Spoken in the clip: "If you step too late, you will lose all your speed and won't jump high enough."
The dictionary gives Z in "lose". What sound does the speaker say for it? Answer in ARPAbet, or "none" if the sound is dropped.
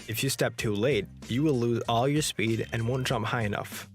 Z